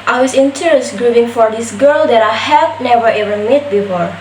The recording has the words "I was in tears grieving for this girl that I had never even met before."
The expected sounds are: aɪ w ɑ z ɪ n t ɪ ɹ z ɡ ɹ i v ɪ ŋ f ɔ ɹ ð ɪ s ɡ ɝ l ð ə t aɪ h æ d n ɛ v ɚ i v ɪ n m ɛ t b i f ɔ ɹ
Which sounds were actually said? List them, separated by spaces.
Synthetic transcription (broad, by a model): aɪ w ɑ s ɪ n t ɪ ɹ s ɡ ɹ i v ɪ ŋ f ɔ ɹ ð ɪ s ɡ ɝ l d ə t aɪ h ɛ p n ɛ v ɚ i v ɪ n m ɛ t b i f ɔ ɹ